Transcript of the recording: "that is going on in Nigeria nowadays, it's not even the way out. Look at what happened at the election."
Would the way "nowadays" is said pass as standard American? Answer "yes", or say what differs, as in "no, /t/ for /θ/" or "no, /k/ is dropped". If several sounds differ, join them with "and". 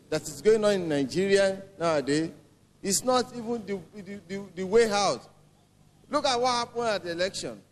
no, /z/ is dropped